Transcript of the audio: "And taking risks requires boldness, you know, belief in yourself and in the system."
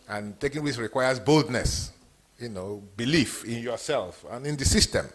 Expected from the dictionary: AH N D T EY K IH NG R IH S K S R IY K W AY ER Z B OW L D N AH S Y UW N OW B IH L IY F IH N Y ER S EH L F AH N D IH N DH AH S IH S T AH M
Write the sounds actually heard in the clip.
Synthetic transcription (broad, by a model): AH N T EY K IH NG W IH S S R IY K W AY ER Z B OW L D N AH S Y UW N OW B IH L IY F IH N Y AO S EH L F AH N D IH N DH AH S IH S T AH M